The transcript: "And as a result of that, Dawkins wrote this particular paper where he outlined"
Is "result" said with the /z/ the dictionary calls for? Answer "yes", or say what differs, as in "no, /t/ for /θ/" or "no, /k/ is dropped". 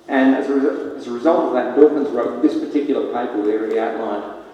yes